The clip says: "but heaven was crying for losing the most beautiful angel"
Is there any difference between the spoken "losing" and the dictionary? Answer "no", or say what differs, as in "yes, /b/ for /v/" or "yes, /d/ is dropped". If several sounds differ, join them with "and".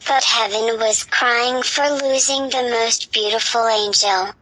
no